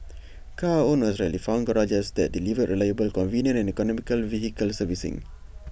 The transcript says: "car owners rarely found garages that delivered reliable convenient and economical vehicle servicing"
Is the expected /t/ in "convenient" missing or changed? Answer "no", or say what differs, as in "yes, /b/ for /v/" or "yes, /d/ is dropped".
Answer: yes, /t/ is dropped